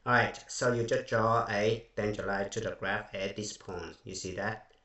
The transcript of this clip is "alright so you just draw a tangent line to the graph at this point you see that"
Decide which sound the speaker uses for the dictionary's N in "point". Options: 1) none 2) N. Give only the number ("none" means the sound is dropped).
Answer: 2